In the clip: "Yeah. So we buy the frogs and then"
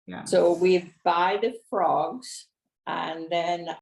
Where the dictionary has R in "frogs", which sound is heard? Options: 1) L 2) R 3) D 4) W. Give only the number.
2